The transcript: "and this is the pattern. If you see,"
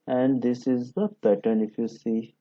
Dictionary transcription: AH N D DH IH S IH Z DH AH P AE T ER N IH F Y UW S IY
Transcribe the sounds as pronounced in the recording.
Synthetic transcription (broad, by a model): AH N D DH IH S IH Z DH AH B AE T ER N IH F Y UW S IY